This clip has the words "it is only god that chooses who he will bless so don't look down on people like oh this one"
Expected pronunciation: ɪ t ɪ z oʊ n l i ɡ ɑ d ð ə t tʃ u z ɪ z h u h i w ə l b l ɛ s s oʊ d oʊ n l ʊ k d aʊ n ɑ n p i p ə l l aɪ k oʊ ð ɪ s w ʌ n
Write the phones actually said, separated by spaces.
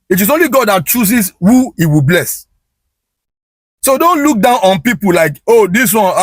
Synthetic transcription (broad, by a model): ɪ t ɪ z oʊ n l i ɡ ɑ d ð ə t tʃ u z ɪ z h u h i w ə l b l ɛ s s oʊ d oʊ n l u k d aʊ n ɑ n p i p ə l l aɪ k oʊ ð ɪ s w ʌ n